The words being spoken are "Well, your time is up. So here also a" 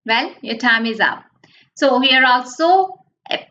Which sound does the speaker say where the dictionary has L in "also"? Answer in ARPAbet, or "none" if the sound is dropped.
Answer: L